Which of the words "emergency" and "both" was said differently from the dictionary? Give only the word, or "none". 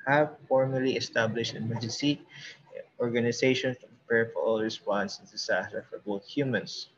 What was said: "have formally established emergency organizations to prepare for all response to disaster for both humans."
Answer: emergency